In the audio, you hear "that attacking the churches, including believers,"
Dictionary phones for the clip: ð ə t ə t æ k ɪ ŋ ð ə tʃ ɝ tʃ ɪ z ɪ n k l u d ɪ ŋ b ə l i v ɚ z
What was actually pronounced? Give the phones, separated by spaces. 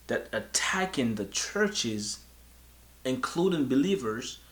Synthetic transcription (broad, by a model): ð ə t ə t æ k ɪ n ð ə tʃ ɝ tʃ ɪ z ɪ n k l u d ɪ ŋ b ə l i v ɚ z